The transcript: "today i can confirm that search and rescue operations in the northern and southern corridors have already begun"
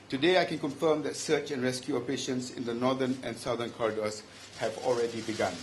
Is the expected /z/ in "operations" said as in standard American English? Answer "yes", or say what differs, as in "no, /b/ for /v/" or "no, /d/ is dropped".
no, /s/ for /z/